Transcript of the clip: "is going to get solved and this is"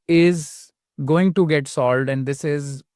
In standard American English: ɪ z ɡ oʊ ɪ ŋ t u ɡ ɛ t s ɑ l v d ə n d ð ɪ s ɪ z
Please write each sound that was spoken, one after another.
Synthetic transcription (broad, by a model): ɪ z ɡ oʊ ɪ ŋ t u ɡ ɛ t s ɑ l d ə n d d ɪ s ɪ z